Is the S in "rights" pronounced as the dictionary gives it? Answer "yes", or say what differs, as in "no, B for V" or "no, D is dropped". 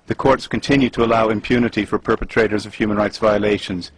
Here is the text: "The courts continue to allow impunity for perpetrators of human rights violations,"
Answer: yes